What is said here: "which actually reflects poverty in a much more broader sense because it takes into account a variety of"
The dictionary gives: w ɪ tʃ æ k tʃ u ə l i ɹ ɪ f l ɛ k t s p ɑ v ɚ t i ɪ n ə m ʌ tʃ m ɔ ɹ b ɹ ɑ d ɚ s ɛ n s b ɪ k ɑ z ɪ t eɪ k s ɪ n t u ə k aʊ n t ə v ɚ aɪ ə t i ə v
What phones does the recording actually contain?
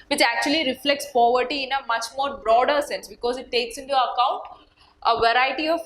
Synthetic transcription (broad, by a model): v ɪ tʃ æ k tʃ u ə l i ɹ ɪ f l ɛ k t s p ɑ v ɚ t i ɪ n ə m ʌ tʃ m ɔ ɹ b ɹ ɑ d ɚ s ɛ n s b ɪ k ɑ z ɪ t eɪ k s ɪ n t u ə k aʊ n t ə v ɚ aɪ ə t i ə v